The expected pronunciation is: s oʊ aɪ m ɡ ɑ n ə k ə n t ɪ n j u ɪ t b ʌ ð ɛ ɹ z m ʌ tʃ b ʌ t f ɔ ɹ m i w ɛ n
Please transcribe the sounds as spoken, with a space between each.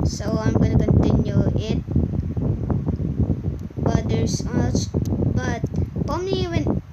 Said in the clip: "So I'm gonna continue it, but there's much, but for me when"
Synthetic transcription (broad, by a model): s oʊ aɪ m ɡ ɑ n ə k ə n t ɪ n j u ɪ t b ʌ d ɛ ɹ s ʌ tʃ b ʌ t p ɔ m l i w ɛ n